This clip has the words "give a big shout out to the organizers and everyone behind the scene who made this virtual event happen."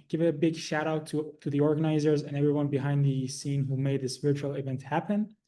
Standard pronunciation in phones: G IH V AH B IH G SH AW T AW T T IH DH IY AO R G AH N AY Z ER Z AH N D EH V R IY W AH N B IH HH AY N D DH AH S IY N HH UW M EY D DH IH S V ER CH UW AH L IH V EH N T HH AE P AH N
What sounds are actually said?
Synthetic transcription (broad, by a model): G IH V AH B IH G SH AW T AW T T IH DH IY AO R G AH N AY Z ER Z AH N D EH V R IY W AH N B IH HH AY N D DH AH S IY N HH UW M EY D DH IH S P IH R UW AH L IH V EH N T HH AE P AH N